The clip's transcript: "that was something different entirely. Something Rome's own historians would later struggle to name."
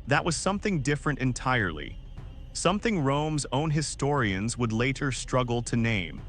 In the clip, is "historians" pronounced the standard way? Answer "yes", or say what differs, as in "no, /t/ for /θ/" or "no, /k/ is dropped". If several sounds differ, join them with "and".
yes